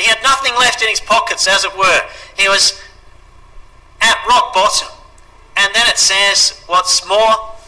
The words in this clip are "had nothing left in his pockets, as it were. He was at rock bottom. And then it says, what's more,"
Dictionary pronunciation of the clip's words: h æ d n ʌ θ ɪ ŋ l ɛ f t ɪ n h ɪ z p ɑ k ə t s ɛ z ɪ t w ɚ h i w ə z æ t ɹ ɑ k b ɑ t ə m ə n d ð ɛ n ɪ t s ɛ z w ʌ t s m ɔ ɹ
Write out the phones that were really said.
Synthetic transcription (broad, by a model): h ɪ d n ʌ θ ɪ ŋ l ɛ f t ɪ n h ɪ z p ɑ k ə t s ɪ z ɪ t w ɚ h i w ə z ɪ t ɹ ɑ k b ɑ t ə m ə n ð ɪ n ɪ t s ɛ z w ʌ t s m ɔ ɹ